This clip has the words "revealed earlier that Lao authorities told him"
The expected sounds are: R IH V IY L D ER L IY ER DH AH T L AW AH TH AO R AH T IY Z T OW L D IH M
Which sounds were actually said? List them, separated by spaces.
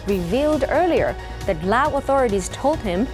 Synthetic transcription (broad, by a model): R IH V IY L D ER L IY ER DH AH T L AW AH TH AO R AH T IY Z T OW L D IH M